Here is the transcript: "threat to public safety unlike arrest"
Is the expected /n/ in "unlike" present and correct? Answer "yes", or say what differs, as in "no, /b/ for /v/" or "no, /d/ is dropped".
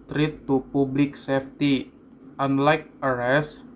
yes